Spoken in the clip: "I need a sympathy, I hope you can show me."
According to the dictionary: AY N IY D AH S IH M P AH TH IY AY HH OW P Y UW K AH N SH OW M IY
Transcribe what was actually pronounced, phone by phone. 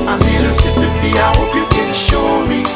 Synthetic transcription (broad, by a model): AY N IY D AH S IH P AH F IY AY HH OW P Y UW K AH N SH OW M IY